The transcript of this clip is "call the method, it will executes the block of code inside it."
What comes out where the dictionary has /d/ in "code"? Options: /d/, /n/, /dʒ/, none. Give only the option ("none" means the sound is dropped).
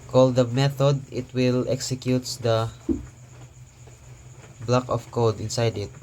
/d/